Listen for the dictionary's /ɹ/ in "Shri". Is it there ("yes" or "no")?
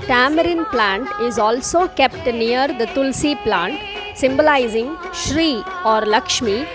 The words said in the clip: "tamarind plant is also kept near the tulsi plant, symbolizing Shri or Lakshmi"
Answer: yes